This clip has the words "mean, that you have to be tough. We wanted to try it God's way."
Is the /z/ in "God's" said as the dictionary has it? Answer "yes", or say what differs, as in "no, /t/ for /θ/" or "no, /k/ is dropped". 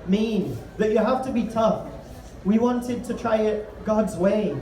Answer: yes